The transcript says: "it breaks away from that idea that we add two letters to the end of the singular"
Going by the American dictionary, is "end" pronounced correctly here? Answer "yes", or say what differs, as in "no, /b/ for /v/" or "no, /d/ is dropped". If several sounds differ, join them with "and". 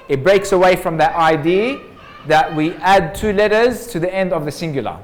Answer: yes